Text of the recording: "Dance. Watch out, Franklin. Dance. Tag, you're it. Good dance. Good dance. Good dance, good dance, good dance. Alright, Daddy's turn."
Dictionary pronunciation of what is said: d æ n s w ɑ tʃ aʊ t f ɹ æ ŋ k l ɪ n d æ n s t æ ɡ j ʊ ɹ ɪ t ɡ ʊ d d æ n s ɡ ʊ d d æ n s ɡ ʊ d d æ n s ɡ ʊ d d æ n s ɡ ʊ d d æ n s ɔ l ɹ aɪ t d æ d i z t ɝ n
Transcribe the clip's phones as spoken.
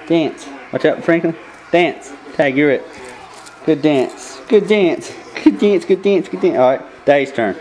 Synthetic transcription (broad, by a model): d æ n s w ɑ tʃ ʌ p f ɹ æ ŋ k l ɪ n d æ n s t æ ɡ j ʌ ɹ ɪ t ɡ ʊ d d æ n s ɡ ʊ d d æ n s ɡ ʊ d d æ n s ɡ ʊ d d æ n s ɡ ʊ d d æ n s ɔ ɹ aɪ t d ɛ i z t ɝ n